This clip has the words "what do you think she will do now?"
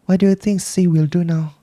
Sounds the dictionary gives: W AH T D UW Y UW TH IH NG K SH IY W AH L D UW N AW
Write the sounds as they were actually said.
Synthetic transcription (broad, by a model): W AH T D UW Y UW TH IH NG K S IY W AH L D UW N AW